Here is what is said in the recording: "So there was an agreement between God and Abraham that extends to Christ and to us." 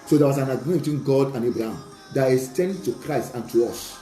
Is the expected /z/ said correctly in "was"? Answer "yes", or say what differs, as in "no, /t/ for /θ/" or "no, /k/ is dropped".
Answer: no, /s/ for /z/